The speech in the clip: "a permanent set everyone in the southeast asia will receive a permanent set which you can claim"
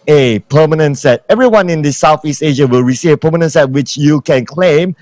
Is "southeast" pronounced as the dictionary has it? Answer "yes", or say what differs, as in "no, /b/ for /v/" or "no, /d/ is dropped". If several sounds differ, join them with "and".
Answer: yes